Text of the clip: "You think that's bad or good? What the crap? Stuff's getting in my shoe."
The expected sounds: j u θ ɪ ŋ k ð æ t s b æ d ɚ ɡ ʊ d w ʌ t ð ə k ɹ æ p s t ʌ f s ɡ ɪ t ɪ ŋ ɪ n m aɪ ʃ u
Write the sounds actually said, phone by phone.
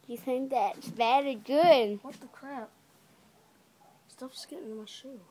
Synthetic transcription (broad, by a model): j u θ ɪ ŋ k ð æ t s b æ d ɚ ɡ ʊ d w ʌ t ð ə k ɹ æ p s t ʌ f s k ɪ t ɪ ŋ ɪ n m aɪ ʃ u